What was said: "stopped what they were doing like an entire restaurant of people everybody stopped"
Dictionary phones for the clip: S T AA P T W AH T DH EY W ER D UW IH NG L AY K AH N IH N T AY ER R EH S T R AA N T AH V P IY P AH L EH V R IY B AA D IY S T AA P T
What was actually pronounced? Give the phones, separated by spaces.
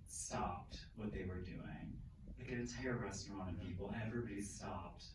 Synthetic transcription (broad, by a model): S T AA P T W AH T DH EY W ER D UW IH NG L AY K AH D IH N T AY ER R EH S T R AA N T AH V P IY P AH N EH V R IY B AA D IY S T AA P T